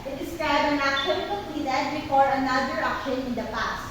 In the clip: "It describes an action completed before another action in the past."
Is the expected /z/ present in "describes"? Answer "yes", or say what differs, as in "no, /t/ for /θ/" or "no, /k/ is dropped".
no, /z/ is dropped